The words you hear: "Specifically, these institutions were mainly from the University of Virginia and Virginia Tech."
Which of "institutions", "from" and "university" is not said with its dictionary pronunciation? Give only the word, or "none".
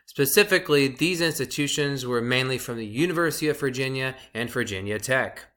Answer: none